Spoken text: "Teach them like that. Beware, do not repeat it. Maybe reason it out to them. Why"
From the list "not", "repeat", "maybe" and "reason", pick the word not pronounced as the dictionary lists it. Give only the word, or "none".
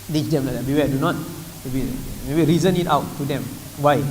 repeat